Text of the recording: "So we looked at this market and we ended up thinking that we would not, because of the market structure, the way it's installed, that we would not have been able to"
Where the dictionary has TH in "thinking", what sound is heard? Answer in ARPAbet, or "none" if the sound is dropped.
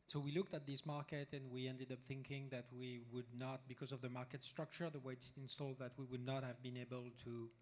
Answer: TH